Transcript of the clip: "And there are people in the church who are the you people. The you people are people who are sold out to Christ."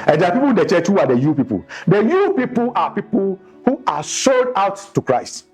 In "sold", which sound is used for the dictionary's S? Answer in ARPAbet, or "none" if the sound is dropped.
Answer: SH